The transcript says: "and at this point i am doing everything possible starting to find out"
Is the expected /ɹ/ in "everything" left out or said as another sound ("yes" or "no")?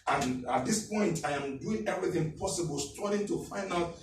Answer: no